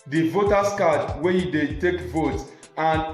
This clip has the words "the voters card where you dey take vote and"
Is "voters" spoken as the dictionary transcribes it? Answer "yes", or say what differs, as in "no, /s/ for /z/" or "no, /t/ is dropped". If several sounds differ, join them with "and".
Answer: no, /s/ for /z/